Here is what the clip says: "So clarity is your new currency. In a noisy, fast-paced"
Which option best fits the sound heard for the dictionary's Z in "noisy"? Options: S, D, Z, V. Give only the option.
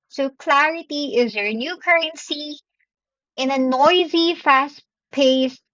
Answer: Z